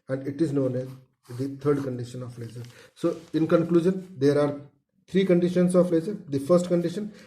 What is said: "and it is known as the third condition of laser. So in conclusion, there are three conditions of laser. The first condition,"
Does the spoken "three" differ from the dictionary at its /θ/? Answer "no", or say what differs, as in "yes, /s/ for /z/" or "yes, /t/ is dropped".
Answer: yes, /t/ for /θ/